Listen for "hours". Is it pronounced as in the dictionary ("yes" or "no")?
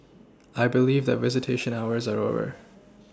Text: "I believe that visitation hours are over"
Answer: yes